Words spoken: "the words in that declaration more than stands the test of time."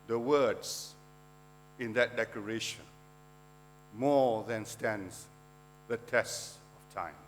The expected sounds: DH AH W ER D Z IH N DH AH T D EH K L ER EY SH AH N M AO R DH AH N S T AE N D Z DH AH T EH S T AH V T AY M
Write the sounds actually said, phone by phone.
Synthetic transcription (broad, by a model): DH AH W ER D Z IH N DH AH T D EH K ER EY SH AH N M AO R DH AH N S T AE N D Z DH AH T EH S T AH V T AY M